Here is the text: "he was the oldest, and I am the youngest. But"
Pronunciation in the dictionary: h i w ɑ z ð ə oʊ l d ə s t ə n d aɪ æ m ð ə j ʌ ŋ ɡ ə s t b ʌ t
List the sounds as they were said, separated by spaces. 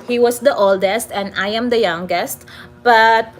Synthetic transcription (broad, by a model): h i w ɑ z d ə oʊ l d ə s t ə n d aɪ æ m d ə j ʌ ŋ ɡ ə s t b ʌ t